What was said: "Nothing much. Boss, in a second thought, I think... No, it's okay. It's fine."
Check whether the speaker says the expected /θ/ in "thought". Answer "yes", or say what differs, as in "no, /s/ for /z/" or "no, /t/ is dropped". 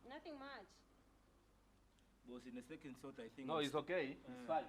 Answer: no, /s/ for /θ/